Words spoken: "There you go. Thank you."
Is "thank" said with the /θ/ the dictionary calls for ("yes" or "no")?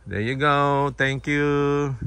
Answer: no